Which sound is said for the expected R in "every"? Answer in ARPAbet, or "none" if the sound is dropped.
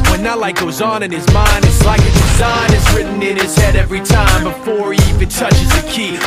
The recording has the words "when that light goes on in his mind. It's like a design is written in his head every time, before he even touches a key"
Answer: R